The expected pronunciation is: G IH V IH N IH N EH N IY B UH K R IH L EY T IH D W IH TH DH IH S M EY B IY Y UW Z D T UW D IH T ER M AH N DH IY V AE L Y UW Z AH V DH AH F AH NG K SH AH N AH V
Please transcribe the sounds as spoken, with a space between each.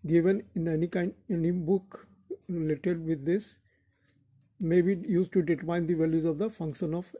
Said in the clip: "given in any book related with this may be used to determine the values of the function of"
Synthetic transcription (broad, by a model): G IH V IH N IH N EH N IY B UH K R IH L EY T IH D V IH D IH S M EY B IY Y UW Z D T UW D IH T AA AH N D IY V AE L Y UW Z AH V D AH F AH NG K SH AH N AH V